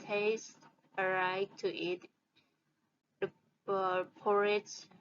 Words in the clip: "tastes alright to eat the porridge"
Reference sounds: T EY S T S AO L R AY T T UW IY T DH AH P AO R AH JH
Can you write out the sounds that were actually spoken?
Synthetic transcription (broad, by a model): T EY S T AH R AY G T UW IY T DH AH P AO R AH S